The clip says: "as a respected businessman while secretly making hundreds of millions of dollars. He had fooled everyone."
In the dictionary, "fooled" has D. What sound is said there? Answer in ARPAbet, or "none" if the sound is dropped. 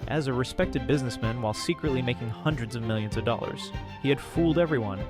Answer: D